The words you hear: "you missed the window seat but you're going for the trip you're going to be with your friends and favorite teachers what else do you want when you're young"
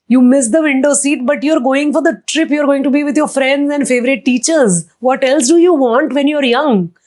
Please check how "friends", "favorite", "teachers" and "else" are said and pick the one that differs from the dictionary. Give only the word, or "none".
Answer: none